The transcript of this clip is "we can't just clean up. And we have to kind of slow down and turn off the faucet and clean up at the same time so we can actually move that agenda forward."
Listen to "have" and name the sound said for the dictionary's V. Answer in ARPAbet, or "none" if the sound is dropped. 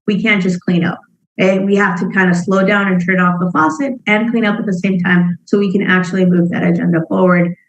F